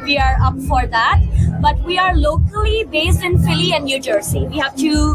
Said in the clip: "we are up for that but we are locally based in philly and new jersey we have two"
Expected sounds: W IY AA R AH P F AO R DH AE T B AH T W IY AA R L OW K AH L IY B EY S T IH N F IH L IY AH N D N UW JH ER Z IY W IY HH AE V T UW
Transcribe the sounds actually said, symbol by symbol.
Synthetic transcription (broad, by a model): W IY AA R AH P F AO R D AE T B AH T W IY AA R L OW K AH L IY B EY S T IH N F IH L IY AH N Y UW JH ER S IY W IY HH AE V T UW